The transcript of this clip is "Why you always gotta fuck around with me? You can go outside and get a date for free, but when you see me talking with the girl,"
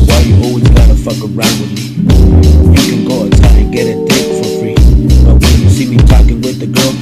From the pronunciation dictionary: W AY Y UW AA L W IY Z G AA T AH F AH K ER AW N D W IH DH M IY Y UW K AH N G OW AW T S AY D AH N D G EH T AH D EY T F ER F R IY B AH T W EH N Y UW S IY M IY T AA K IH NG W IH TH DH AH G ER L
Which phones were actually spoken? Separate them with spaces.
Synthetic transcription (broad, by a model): W AY Y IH AA L W IY Z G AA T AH F AH K ER AW N D W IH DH M IY Y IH K AH N G OW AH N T AY AH N G EH T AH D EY F ER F R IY B AH T W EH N Y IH S IY M IY T AA K IH NG W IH DH AH G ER L